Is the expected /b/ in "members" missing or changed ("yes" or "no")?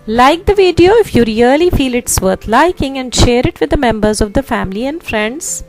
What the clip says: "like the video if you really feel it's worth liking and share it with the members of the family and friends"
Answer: no